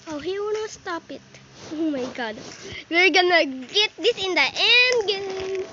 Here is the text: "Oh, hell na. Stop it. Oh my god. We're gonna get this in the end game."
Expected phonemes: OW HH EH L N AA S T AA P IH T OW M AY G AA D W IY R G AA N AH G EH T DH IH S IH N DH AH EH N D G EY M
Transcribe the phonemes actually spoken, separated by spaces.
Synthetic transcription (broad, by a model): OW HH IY W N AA S T AA P IH T OW M AY G AA D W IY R G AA N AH G EH T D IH S IH N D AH EH N D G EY